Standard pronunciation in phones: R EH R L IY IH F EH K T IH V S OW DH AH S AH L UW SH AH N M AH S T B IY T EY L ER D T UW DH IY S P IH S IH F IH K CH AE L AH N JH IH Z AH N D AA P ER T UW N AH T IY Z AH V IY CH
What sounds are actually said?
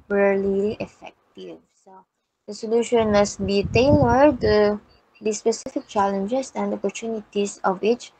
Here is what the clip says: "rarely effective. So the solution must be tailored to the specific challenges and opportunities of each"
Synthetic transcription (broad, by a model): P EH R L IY IH F EH K T IH V S OW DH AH S AH L UW SH AH N M AH S T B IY T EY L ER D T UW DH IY S P IH S IH F IH K CH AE L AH N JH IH S AH N D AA P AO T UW N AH T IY S AH V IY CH